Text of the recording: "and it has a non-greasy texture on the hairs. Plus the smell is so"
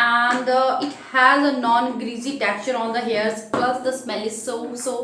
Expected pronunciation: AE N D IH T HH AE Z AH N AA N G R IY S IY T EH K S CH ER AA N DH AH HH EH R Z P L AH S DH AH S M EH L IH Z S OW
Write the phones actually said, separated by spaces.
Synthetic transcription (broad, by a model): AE N D IH T HH AE Z AH N AA N G R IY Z IY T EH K CH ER AA N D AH HH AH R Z P L AH S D AH S M EH L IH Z S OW